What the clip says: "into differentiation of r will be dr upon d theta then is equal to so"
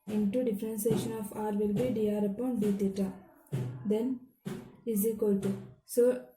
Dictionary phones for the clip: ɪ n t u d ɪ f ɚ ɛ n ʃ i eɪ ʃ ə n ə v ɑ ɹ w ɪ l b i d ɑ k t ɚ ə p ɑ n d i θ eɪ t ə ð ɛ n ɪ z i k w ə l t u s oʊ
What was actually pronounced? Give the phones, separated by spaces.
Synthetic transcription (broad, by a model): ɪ n t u d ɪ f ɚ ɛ n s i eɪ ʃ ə n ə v ɑ ɹ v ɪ l b i d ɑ t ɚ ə p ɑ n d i t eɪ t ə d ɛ n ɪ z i k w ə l t u s oʊ